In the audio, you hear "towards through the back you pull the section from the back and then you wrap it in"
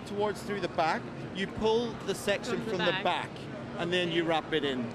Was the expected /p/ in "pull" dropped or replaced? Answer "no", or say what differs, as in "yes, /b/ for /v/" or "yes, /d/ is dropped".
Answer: no